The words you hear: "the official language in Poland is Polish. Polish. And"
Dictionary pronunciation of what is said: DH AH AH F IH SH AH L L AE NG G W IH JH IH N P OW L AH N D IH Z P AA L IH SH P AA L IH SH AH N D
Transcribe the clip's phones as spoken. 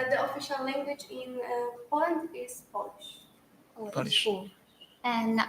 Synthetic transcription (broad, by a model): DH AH AH F IH SH AH L L AE NG G W IH JH IH N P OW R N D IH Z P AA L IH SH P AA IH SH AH N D